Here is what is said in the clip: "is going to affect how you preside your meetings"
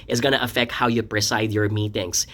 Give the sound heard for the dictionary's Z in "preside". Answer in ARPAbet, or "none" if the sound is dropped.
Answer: S